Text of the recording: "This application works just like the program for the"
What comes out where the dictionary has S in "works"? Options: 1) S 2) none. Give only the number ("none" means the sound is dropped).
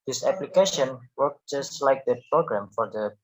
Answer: 2